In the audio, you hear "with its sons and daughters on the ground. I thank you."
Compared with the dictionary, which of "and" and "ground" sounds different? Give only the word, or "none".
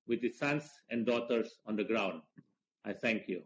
none